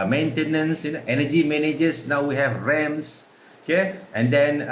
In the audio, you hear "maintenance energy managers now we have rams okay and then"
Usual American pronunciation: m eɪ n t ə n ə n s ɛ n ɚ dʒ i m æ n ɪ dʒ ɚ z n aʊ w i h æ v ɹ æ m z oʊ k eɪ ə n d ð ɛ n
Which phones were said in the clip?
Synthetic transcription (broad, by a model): m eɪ n t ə n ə n s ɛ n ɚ dʒ i m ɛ n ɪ dʒ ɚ s n aʊ w i h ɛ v ɹ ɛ m s oʊ k eɪ ə n d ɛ n